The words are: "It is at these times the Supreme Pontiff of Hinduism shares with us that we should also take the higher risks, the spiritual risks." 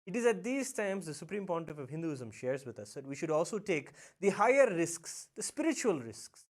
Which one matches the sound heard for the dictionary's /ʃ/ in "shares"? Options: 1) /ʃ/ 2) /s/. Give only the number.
1